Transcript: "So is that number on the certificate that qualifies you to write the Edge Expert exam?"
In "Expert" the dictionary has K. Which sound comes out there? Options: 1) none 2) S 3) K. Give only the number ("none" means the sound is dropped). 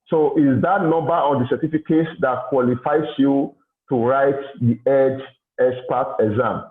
1